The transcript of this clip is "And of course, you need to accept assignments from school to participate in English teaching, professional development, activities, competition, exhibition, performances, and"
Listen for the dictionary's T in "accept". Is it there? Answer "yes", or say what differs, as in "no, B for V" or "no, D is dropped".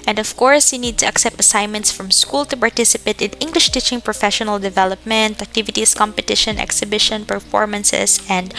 yes